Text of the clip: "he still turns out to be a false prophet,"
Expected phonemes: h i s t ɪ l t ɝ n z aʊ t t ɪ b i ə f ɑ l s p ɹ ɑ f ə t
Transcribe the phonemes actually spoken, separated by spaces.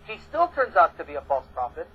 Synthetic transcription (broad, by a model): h i s t ɪ l t ɝ n z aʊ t t ɪ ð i ə f ɑ l s p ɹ ɑ f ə t